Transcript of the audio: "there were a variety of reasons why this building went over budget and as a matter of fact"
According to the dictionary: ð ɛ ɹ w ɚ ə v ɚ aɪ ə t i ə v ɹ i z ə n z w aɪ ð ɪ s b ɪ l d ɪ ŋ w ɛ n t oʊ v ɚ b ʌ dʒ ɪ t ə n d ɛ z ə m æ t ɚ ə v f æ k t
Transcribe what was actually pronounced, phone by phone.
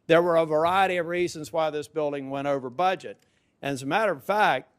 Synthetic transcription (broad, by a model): ð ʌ ɹ w ɚ ə v ɚ aɪ ə t i ə v ɹ i z ə n z w aɪ ð ɪ s b ɪ l d ɪ ŋ w ɛ t oʊ v ɚ b ʌ dʒ ɪ t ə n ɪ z ə m æ t ɚ ə v f æ k t